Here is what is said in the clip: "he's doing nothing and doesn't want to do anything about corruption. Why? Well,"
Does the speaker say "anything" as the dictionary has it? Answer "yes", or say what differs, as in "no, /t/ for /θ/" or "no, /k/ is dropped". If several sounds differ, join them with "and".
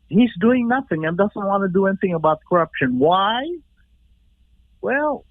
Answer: yes